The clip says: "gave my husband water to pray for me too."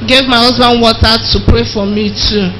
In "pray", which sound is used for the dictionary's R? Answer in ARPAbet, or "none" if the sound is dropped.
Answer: R